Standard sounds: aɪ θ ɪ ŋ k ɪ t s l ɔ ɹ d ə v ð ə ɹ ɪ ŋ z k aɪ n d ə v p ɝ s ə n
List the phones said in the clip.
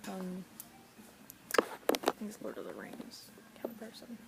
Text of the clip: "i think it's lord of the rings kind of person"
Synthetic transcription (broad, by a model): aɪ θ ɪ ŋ ɪ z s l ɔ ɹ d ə ð ə ɹ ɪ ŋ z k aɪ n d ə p ɝ s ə n